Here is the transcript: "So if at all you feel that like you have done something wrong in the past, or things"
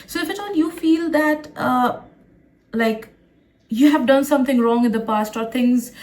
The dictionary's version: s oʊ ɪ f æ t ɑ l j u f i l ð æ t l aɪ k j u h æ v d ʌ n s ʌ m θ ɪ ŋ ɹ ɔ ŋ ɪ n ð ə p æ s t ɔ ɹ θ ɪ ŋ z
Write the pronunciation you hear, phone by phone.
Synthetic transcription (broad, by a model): s oʊ ɪ f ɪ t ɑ n j u f i l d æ t l aɪ k j u h æ v d ʌ n s ʌ m t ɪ ŋ ɹ ɔ ŋ ɪ n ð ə p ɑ s t ɔ ɹ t ɪ ŋ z